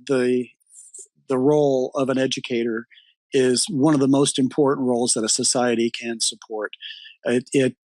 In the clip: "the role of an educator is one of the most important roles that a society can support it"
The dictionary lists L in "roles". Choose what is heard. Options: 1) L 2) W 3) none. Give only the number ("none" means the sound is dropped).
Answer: 1